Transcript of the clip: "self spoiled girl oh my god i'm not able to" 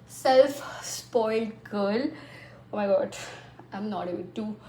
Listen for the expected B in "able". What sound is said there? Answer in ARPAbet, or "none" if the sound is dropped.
none